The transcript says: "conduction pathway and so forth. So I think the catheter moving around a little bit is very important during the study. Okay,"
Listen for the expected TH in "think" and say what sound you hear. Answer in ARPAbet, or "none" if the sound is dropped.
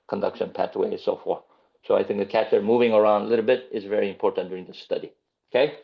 TH